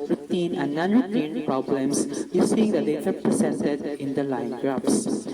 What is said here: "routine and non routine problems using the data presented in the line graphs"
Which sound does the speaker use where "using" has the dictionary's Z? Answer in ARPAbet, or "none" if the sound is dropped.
S